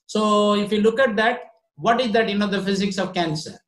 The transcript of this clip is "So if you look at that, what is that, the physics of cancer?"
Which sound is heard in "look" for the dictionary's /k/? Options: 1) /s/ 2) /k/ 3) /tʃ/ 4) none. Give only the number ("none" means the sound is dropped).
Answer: 2